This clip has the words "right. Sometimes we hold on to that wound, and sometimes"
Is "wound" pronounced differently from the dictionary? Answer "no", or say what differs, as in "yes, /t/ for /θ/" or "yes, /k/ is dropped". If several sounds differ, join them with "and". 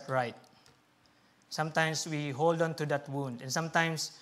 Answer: no